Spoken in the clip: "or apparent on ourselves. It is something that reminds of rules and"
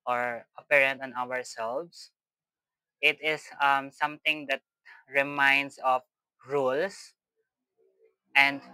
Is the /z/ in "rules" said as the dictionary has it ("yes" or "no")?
no